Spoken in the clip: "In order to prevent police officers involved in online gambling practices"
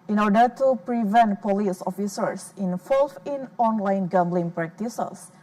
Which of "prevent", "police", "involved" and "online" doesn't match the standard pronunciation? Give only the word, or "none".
involved